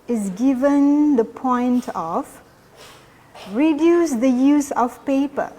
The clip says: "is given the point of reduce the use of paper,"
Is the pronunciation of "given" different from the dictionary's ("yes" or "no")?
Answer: no